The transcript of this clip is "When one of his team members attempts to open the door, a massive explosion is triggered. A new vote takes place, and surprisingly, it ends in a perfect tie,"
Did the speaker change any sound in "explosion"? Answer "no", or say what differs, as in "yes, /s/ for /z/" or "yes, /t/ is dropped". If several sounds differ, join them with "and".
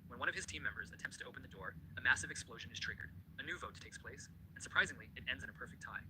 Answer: no